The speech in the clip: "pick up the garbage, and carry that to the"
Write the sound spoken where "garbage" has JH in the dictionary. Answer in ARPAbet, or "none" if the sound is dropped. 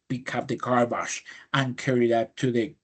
SH